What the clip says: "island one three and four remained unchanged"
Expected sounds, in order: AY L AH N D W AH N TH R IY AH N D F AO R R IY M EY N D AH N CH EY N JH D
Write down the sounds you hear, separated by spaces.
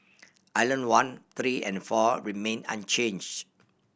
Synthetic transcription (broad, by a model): AY L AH N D W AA N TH R IY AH N F AO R R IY M EY N AH N CH EY N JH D